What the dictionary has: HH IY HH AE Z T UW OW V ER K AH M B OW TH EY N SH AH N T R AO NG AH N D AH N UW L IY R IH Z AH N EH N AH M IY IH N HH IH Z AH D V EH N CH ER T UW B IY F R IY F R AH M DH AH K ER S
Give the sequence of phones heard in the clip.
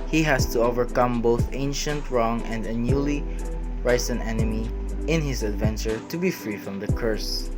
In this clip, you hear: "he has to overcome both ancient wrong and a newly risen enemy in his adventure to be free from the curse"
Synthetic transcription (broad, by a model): HH IY HH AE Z T UW OW V ER K AH M B OW TH EY N SH AH N T R AO NG AH N D AH N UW L IY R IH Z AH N EH N AH M IY IH N HH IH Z AH D V EH N CH ER T UW B IY F R IY F R AH M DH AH K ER S